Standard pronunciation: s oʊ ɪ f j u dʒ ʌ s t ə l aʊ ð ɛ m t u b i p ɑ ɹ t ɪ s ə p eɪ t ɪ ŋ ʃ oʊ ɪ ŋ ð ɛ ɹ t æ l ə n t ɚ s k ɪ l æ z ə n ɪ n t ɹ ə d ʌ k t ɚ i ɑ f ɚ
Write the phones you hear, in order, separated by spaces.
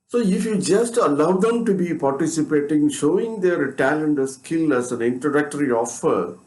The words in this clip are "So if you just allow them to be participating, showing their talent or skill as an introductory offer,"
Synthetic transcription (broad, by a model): s oʊ ɪ f j u dʒ ʌ s t ə l aʊ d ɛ m t u b i p ɑ ɹ t ɪ s ə p eɪ t ɪ ŋ ʃ oʊ ɪ ŋ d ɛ ɹ t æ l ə n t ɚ s k ɪ l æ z ə n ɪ n t ə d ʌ k t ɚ i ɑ f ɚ